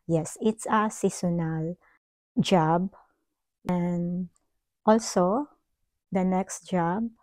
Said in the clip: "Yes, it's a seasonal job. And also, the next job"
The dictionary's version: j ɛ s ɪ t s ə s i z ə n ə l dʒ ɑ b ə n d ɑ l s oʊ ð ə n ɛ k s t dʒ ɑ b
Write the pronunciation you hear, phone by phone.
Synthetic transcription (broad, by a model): j ɛ s ɪ t s ə s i s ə n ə l dʒ ɑ b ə n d ɑ l s oʊ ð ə n ɛ k s t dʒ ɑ b